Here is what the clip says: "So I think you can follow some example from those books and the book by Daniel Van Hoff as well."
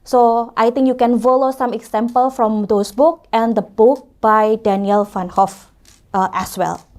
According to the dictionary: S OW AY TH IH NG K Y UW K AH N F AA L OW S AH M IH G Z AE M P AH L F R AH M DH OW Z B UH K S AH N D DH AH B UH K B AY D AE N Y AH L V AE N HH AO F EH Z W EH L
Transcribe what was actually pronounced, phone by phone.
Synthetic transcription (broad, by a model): S OW AY T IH NG K Y UW K AH N F AA L OW S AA M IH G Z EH M P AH L F R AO M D OW S B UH K AH N D AH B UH K B AY D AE N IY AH L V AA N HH AO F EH S W EH L